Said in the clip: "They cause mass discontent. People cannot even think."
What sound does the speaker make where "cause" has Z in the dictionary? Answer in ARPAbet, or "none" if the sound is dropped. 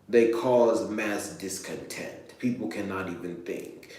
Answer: Z